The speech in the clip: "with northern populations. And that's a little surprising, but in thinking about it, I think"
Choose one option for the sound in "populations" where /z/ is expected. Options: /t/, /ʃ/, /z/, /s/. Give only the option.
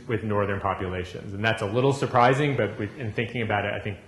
/z/